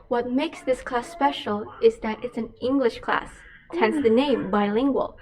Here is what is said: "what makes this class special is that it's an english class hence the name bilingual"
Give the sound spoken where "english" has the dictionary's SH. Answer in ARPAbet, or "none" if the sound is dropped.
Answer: SH